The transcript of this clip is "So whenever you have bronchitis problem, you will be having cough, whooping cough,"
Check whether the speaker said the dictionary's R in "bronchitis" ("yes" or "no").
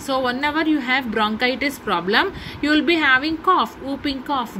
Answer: yes